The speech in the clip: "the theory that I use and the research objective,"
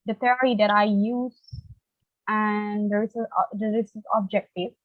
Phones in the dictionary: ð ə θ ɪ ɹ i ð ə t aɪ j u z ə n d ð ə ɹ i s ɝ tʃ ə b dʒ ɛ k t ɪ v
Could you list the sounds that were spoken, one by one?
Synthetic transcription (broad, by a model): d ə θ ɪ ɹ i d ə t aɪ j u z ə n d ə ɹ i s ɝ s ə b dʒ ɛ k t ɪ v